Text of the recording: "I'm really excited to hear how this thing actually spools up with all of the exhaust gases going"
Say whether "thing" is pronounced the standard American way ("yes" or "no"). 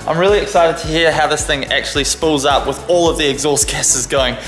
yes